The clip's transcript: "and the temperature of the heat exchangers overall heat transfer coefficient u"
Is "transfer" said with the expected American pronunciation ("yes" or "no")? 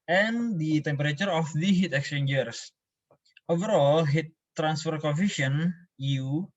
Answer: yes